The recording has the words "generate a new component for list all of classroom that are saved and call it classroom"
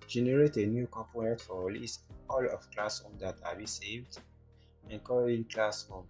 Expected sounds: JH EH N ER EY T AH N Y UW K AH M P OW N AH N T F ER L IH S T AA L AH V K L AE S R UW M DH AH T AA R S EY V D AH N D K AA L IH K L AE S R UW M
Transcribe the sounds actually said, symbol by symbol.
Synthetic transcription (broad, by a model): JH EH N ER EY T AH N Y UW K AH M P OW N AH T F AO L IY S AA L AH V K L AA S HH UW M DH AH T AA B S EY V D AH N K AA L IH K L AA S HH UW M